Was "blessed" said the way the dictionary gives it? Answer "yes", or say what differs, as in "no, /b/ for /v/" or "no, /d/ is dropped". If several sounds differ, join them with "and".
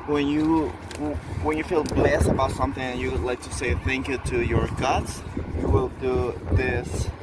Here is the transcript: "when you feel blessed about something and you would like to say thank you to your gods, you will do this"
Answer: yes